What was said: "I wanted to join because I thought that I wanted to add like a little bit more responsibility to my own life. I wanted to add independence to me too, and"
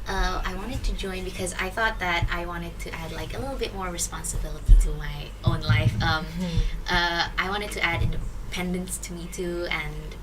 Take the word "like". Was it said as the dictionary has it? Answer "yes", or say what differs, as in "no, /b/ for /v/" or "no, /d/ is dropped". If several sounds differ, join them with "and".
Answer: yes